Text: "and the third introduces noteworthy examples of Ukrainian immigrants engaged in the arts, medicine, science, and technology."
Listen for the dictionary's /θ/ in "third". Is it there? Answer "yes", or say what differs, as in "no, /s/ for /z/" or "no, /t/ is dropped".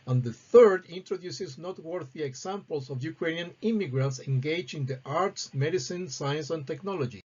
yes